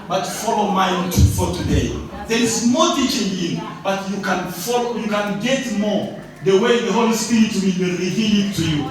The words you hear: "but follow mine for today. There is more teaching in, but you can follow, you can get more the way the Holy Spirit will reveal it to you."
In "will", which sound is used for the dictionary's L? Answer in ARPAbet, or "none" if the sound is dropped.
W